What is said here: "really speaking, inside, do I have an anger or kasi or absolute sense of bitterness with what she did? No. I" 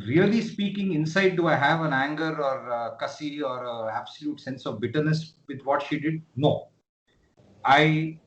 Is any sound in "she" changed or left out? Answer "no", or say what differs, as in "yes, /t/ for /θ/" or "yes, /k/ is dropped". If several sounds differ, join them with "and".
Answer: no